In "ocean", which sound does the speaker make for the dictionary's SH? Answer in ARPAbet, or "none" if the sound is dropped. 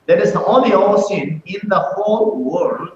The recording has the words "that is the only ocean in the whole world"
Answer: S